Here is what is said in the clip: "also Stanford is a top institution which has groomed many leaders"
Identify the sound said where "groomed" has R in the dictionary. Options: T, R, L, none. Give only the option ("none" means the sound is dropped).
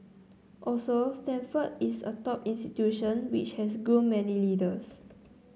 none